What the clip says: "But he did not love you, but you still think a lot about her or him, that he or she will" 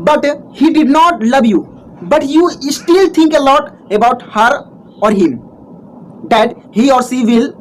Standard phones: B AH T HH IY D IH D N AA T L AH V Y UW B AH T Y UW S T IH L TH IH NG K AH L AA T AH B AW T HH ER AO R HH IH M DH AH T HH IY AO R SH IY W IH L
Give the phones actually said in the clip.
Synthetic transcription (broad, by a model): B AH T HH IY D IH D N AA T L AH V Y UW B AH T Y UW S T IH L T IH NG K AH L AA T AH B AW T HH ER AO R HH IH M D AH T HH IY AO R S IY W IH L